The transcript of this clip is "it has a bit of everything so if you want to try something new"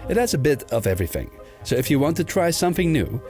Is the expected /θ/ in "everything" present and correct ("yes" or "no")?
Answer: yes